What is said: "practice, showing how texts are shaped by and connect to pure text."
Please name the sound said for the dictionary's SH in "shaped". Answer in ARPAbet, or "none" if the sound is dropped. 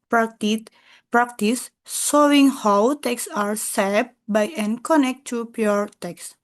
S